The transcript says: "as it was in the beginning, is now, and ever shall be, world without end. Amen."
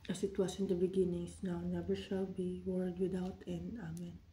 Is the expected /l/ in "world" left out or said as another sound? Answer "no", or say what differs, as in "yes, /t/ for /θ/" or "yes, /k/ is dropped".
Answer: yes, /l/ is dropped